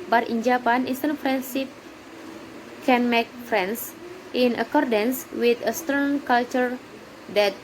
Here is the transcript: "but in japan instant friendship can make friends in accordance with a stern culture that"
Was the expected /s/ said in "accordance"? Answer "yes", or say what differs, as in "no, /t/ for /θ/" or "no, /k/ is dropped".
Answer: yes